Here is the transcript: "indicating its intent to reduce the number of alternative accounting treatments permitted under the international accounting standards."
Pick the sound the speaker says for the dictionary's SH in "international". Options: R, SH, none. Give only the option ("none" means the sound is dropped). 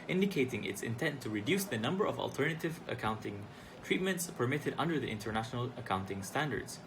SH